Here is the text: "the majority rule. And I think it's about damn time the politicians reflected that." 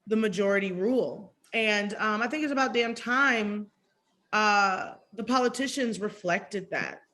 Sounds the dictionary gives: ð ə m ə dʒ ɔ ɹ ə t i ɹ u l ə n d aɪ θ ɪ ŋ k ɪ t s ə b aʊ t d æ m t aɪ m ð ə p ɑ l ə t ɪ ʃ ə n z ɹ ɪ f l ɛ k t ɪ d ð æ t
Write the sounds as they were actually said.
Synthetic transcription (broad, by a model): ð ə m ə dʒ ɔ ɹ ə t i ɹ u l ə n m aɪ θ ɪ ŋ k ɪ t s ə b aʊ t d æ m t aɪ m ð ə p ɑ l ə t ɪ ʃ ə n z ɹ ɪ f l ɛ k t ɪ d ð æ t